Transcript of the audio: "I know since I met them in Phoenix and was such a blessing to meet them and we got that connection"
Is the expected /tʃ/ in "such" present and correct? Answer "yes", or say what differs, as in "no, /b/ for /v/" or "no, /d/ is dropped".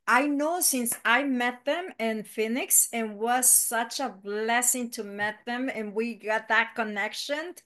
yes